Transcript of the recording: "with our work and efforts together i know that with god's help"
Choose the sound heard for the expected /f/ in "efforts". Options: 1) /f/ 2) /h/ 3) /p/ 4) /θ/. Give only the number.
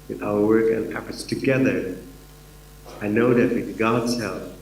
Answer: 3